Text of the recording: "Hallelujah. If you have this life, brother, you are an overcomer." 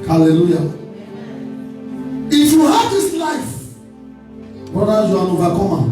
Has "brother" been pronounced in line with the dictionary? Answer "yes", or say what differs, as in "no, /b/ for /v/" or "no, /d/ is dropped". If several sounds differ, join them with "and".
no, /ɹ/ is dropped